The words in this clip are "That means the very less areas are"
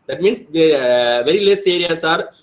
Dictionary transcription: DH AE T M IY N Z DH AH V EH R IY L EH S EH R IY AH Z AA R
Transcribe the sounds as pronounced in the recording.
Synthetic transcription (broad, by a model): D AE T M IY N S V V EH R IY L EH S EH R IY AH S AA R